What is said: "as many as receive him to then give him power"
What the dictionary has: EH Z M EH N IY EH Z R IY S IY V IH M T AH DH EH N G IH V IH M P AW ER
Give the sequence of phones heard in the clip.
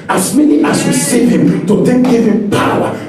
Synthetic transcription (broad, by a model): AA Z M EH N IY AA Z W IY S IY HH IH M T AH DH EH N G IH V IH M P AW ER